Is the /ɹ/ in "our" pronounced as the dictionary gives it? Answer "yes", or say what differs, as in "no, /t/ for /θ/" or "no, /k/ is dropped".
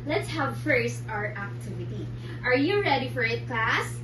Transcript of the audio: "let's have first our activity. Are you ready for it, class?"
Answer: yes